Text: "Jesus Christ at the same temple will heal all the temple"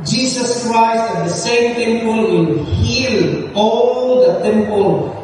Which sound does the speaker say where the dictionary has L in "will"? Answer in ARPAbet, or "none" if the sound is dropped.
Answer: N